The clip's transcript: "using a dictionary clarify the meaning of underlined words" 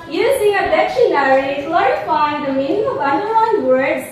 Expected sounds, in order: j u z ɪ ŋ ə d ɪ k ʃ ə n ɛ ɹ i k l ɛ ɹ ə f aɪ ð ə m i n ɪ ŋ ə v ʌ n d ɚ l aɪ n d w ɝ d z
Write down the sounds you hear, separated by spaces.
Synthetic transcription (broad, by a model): j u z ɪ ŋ ə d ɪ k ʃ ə n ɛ ɹ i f l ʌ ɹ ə f aɪ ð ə m i n ɪ ŋ ə v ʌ n d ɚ aɪ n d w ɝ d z